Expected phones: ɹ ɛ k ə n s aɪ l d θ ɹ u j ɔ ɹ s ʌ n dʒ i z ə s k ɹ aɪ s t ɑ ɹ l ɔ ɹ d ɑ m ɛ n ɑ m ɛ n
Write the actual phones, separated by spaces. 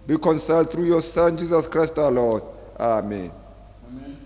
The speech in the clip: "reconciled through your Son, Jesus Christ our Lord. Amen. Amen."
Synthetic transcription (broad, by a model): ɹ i k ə n s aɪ l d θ ɹ u j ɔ s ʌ n dʒ i z ə s k ɹ aɪ s t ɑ l ɔ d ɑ ɑ m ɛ n